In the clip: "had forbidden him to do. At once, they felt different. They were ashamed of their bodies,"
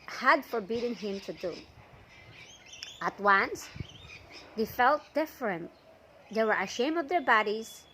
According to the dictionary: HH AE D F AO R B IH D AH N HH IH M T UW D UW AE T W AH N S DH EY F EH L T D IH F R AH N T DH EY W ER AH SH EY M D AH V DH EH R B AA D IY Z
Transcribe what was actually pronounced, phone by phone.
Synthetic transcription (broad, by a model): HH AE D F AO R B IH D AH N HH IH M T UW D UW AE T W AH N S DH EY F EH L T D IH F R AH N T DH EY W ER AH SH EY M AH V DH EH R B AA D IY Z